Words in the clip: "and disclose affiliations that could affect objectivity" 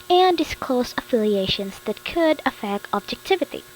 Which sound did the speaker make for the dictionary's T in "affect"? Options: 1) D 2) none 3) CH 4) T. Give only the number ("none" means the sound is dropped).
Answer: 2